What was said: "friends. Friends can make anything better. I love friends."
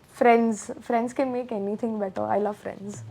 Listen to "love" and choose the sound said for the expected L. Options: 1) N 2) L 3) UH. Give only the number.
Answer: 2